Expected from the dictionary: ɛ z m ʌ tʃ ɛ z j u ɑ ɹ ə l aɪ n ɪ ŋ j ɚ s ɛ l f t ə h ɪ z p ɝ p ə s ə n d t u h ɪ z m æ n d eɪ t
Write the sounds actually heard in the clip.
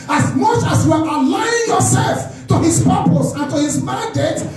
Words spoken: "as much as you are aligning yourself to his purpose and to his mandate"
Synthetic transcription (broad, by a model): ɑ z m ʌ tʃ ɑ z j u ɑ ɹ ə l aɪ ɪ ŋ j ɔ s ɛ l f t ə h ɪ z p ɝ p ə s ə n t u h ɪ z m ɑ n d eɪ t